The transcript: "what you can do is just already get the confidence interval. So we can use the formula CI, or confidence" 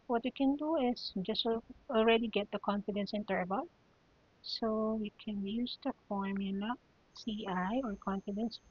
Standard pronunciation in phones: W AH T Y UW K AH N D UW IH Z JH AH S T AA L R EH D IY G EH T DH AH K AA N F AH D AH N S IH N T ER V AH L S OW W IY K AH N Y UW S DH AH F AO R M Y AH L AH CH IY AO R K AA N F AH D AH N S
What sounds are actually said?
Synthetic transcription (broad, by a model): W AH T Y UW K AH N D UW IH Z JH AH S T AA L R EH D IY G EH T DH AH K AA N F AH D AH N S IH N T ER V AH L S OW W IY K AH N Y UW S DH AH F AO R M Y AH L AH S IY AO R K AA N F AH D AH N S